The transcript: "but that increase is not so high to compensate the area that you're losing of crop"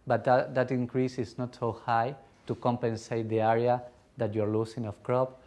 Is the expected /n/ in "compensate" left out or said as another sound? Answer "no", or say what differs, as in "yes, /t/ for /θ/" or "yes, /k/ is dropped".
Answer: no